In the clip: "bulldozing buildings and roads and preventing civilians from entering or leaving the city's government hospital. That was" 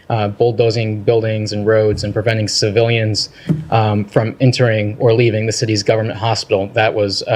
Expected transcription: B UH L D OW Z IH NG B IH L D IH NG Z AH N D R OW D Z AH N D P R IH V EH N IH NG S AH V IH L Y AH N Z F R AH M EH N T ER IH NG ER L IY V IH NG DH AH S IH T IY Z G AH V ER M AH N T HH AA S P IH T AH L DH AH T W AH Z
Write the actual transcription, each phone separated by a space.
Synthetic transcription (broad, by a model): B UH L D OW Z IH NG B IH L D IH NG Z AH N R OW D Z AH N P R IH V EH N IH NG S AH V IH L Y AH N Z F R AH M EH N T ER IH NG ER L IY V IH NG DH AH S IH T IY Z G AH V ER M AH N T HH AA S P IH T L DH AH T W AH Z